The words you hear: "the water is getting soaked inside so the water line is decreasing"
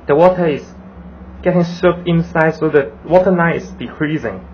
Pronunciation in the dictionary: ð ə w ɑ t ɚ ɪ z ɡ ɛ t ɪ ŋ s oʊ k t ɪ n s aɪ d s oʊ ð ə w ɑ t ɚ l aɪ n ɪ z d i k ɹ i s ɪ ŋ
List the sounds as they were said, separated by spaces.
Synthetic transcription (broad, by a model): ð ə w ɑ t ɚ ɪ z ɡ ɛ t ɪ ŋ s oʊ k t ɪ n s aɪ d s oʊ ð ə w ɑ t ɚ n aɪ ɪ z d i k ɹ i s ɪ ŋ